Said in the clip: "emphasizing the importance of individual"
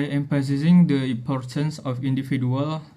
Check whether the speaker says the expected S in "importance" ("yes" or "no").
yes